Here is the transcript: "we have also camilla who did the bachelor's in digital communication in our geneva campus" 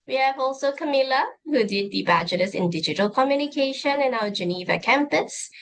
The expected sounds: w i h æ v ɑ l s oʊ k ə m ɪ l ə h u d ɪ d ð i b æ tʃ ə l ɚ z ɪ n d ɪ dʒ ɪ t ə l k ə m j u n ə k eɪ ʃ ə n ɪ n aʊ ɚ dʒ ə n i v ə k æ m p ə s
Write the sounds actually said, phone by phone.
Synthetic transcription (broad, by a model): w i h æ v ɑ l s oʊ k ə m ɪ l ə h u d ɪ d ð i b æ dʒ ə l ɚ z ɪ n d ɪ dʒ ɪ t ə l k ə m j u n ə k eɪ ʃ ə n ɪ n aʊ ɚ dʒ ə n i v ə k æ m p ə s